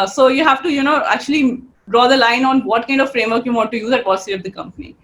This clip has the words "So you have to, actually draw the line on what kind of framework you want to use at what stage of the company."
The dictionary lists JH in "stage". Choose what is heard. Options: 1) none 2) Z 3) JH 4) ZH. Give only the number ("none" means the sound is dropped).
1